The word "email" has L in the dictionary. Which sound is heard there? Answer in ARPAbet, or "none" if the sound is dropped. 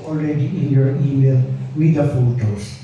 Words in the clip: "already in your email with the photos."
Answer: N